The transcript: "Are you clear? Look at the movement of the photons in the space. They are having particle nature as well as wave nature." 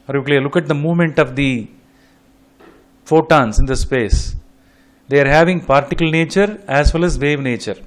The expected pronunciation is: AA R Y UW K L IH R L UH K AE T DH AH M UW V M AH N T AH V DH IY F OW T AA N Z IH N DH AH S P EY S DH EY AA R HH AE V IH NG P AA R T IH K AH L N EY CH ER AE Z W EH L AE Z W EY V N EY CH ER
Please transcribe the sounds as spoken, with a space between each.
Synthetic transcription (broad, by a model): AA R Y UW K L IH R L UH K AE T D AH M UW V M AH N T AH V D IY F OW T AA N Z IH N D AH S P EY S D EY AA R HH AE V IH NG P AA R T IH K AH L N EY CH ER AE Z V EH L AE Z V EY V N EY CH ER